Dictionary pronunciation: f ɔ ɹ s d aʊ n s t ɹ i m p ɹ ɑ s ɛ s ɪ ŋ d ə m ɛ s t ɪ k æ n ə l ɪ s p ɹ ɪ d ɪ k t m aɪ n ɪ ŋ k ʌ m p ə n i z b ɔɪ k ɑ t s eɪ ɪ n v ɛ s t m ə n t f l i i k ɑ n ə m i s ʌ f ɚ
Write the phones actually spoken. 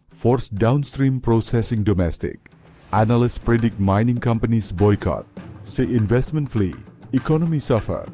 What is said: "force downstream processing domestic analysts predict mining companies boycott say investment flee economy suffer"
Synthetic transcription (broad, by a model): f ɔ ɹ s d aʊ n s t ɹ i m p ɹ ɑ s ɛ s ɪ ŋ d ə m ɛ s t ɪ k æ n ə l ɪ s p ɹ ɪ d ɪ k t m aɪ n ɪ ŋ k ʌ m p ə n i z b ɔɪ k ɑ t s eɪ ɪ n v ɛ s t m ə n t f l i i k ɑ n ə m i s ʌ f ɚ